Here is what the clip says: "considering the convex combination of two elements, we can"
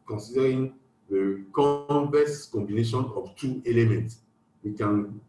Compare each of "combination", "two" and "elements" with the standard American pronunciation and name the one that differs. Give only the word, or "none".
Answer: none